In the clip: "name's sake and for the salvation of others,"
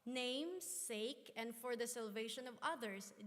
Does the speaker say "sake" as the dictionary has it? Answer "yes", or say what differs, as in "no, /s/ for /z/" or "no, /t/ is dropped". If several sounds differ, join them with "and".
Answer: yes